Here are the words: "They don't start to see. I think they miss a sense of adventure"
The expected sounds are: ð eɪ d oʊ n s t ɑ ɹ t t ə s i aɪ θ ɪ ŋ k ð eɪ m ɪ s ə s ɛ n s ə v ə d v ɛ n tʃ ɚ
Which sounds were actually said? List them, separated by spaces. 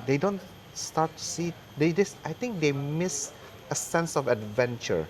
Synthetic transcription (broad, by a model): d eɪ d oʊ n s t ɑ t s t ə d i aɪ t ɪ ŋ k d eɪ m ɪ s ə s ɛ n s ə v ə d v ɛ n tʃ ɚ